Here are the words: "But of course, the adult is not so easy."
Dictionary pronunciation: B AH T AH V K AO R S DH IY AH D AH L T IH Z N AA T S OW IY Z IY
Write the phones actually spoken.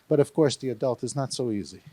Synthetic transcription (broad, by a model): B AH T AH V K AO R S DH IY AH D AH L T IH Z N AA T S OW IY Z IY